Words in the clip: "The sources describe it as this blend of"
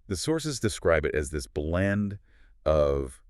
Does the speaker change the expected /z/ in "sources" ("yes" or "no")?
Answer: no